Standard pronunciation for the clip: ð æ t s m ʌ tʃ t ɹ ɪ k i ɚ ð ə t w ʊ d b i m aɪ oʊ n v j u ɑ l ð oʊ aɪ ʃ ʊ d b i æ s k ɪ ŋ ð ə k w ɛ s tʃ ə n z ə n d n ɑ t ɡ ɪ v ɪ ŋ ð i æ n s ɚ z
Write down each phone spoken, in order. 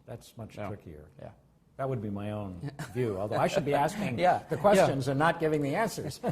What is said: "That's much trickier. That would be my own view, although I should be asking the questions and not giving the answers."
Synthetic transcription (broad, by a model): ð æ t s m ʌ tʃ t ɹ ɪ k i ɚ ð ə t w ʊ d b i m aɪ oʊ n v j u ɑ l ð oʊ aɪ ʃ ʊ d b i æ s k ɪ ŋ ð ə k w ɛ s tʃ ə n z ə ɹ n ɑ t ɡ ɪ v ɪ ŋ ð i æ n s ɚ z